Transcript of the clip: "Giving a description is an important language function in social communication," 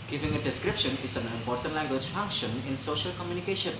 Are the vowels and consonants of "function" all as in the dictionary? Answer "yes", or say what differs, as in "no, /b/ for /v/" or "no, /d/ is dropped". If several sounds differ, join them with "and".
yes